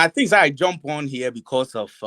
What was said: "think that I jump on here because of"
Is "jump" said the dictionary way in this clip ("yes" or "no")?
yes